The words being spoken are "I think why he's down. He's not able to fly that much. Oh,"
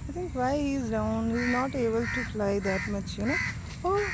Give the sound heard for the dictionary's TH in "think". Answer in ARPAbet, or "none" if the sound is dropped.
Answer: T